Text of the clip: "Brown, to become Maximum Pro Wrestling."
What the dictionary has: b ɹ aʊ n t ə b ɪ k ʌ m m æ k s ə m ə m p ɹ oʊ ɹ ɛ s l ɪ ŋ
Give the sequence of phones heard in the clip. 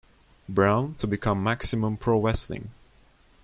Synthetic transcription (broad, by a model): b ɹ aʊ n t ə b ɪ k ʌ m m æ k s ə m ə m p ɹ oʊ w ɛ s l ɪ ŋ